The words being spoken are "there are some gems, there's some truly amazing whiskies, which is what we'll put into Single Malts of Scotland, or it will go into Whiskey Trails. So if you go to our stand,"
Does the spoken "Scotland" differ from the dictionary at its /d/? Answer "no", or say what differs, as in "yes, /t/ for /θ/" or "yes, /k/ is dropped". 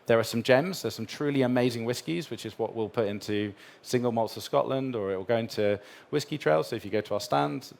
no